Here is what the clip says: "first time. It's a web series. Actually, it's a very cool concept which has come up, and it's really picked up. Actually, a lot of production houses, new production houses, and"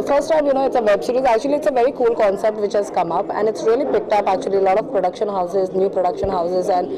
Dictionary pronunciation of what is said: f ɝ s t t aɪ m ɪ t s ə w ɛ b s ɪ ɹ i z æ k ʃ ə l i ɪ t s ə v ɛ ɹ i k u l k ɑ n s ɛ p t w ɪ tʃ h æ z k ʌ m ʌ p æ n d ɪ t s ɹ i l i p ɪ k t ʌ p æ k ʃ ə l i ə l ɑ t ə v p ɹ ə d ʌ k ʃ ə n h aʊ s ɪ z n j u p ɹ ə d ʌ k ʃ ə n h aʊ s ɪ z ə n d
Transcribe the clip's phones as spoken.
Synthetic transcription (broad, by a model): f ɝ s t t aɪ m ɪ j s ə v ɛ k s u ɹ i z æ k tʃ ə l i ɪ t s ə v ɛ ɹ i k u l k ɑ n s ɛ p t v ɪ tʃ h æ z k ʌ m ʌ p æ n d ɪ t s ɹ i l i p ɪ k t ʌ p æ k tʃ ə l i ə l ɑ t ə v p ɹ ə d ʌ k ʃ ə n h aʊ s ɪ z n j u p ɹ ə d ʌ k ʃ ə n h aʊ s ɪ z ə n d